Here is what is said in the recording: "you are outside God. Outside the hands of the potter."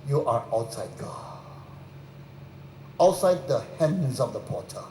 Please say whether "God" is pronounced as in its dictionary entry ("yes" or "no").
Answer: no